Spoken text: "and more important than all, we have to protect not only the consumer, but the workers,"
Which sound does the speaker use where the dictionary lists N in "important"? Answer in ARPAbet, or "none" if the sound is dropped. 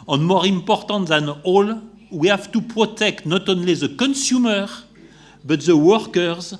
N